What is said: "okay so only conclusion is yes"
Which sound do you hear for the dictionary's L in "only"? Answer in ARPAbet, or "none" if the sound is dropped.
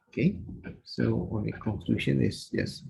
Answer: none